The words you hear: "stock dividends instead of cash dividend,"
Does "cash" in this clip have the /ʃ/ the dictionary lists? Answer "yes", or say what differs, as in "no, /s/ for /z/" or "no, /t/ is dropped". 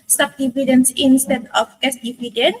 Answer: no, /s/ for /ʃ/